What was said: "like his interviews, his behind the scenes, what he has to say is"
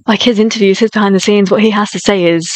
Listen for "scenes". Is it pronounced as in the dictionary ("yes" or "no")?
yes